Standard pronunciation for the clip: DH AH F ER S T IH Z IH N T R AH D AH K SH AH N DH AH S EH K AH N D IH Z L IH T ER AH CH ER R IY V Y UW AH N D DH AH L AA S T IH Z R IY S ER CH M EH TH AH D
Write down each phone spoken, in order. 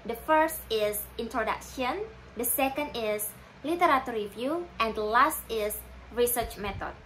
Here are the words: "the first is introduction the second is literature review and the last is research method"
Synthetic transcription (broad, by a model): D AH F ER S T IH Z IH N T R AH D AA K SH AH N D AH S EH K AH N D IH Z L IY T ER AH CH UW R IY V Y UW AH N D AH L AA S T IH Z R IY S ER CH M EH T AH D